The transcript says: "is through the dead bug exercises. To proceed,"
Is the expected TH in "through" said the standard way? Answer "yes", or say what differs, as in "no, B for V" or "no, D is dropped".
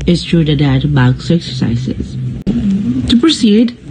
no, T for TH